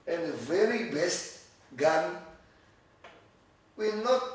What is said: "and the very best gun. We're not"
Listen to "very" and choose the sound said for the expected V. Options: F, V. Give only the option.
V